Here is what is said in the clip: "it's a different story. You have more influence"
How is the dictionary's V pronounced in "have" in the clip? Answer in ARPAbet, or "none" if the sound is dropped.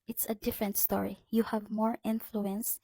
V